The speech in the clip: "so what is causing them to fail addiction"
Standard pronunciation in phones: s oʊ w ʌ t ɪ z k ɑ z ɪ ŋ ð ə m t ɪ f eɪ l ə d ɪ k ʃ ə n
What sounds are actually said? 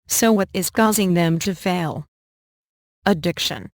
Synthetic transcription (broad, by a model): s oʊ w ʌ t ɪ z k ɑ z ɪ ŋ ð ə m t ɪ f eɪ l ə d ɪ k ʃ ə n